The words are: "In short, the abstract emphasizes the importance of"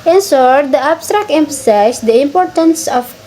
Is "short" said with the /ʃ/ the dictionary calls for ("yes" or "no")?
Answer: no